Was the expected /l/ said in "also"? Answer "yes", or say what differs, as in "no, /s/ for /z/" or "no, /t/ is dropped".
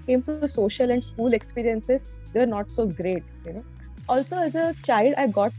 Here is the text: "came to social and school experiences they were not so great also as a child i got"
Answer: yes